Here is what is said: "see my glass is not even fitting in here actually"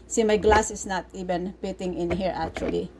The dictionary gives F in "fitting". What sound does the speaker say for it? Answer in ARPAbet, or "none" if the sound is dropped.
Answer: P